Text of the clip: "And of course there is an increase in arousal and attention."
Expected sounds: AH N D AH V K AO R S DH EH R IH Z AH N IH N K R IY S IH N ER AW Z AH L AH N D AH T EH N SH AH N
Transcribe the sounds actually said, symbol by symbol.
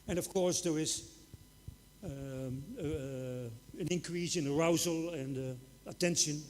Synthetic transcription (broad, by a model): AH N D AH V K AO R S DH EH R IH Z AH N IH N K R IY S IH N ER AW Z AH L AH N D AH T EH N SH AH N